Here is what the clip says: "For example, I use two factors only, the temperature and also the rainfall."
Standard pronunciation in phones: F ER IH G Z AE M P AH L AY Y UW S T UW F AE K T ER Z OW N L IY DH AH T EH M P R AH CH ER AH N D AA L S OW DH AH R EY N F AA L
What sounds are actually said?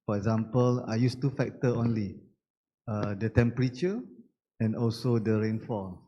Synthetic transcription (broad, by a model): F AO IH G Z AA M P AH L AY Y UW S T UW F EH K T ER OW N L IY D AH T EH M P R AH CH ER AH N AA L S OW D AH R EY N F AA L